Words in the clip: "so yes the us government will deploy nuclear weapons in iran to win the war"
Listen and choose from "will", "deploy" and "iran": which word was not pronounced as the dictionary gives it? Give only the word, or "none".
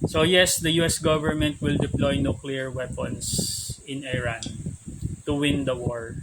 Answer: none